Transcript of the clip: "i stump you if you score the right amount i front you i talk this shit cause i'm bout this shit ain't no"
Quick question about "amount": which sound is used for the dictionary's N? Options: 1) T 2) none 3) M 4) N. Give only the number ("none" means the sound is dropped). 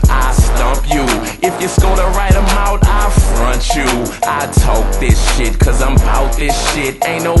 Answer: 2